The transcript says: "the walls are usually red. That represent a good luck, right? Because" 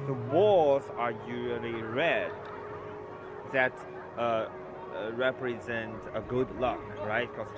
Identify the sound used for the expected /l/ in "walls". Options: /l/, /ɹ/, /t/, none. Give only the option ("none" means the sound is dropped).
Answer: none